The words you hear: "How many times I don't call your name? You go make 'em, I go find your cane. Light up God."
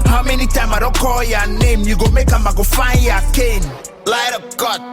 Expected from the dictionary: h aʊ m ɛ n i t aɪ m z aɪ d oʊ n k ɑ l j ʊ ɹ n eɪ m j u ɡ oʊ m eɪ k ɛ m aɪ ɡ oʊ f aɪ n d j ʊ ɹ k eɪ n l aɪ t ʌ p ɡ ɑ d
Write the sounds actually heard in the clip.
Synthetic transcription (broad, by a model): h aʊ m ɛ n i t aɪ m aɪ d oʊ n k ɑ l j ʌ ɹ n eɪ m j u ɡ oʊ m eɪ k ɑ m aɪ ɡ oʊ f aɪ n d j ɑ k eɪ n l aɪ t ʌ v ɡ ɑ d